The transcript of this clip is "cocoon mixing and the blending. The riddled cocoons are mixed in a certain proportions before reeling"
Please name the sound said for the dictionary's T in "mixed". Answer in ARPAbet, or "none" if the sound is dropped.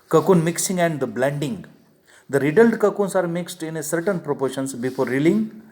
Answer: T